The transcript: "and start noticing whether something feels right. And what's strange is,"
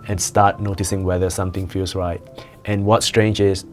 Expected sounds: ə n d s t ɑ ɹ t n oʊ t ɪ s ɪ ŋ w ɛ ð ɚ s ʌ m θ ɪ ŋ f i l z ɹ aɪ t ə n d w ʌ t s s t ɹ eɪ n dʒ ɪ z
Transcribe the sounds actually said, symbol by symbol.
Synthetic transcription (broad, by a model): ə n s t ɑ t n oʊ t ɪ s ɪ ŋ w ɛ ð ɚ s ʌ m t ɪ ŋ f i l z ɹ aɪ t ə n w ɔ t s s t ɹ eɪ n dʒ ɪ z